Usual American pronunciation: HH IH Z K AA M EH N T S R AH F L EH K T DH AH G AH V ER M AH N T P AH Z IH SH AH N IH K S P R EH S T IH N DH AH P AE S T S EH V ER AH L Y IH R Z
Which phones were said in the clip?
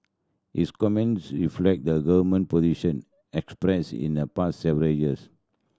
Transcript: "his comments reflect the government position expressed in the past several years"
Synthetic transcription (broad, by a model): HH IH S K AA M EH N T S R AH F L EH K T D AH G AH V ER M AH N P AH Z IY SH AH N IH K S P R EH S IH N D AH P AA S T S EH V ER AH L Y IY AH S